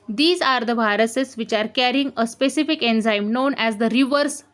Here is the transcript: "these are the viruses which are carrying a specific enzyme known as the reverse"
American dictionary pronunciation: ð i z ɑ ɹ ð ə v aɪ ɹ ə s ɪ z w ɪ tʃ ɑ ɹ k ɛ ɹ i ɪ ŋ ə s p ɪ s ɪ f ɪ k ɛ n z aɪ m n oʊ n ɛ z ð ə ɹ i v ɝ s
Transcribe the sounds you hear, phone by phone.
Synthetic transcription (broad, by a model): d i z ɑ ɹ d ə b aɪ ɹ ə s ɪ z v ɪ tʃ ɑ ɹ k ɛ ɹ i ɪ ŋ ə s p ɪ s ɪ f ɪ k ɛ n z aɪ m n oʊ n ɛ z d ə ɹ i v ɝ s